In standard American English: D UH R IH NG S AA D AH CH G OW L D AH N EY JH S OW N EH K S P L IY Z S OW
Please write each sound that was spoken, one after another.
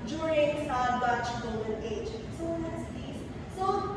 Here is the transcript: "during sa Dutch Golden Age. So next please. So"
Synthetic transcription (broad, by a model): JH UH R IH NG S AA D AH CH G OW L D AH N EY JH S OW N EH S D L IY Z S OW